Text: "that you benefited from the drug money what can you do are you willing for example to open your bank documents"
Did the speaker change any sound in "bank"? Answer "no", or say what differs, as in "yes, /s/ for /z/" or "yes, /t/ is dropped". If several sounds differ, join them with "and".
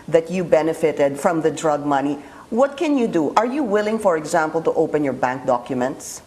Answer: no